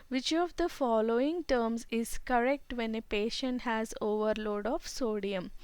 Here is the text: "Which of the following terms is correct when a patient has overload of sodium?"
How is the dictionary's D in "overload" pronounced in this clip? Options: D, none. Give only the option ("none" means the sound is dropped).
D